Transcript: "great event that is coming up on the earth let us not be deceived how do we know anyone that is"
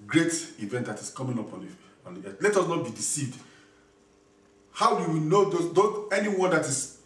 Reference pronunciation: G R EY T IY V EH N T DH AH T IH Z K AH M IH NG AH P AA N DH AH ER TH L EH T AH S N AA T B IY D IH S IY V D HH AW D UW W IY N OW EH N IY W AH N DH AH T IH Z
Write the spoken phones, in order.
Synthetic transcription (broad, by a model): G R EY T IY V EH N T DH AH T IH S K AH M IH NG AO P AA N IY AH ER T L EH T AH S N AA T B IY D IH S IY V D HH AW D UW W IY N OW EH N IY W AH N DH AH T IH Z